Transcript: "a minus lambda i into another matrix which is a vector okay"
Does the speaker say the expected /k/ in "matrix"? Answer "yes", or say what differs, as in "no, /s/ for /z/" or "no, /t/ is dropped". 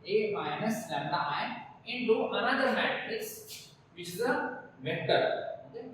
no, /k/ is dropped